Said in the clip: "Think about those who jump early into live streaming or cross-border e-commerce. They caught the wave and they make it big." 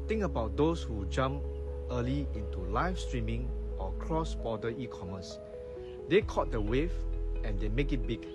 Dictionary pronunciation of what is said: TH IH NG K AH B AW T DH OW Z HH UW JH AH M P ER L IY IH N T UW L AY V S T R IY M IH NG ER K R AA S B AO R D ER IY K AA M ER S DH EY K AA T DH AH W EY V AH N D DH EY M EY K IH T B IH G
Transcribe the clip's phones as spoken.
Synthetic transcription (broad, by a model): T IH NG K AH B AW T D OW S HH UW JH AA M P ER L IY IH N T UW L AY F S T R IY M IH NG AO K R AA S B AO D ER IY K AA M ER S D EY K AA T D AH W EY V AH N D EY M EY K IH T B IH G